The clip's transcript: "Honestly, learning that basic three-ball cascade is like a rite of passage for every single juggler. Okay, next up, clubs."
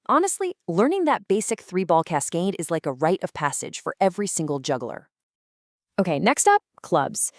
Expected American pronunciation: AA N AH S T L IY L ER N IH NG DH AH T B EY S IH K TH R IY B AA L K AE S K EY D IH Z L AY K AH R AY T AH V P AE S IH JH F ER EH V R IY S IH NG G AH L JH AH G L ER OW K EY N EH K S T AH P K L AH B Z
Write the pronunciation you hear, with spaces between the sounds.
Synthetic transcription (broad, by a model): AA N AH S T L IY L ER N IH NG DH AH T B EY S IH K TH R IY B AA L K AE S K EY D IH Z L AY K AH R AY T AH V P AE S IH JH F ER EH V R IY S IH NG G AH L JH AH G L ER OW K EY N EH K S T AH P K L AH B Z